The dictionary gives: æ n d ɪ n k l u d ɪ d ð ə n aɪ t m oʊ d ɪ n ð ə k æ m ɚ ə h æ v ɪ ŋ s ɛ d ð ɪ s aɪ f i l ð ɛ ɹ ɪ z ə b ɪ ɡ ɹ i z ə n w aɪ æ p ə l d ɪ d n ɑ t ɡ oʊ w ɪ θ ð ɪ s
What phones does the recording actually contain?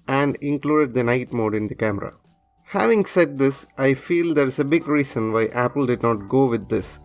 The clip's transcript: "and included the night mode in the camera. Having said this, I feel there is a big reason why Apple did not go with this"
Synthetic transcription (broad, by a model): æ n d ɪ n k l u d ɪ d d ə n aɪ t m oʊ d ɪ n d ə k æ m ɚ ə h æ v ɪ ŋ s ɛ d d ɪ s aɪ f i l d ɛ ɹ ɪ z ə b ɪ ɡ ɹ i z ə n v aɪ æ p ə l d ɪ d n ɑ t ɡ oʊ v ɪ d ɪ s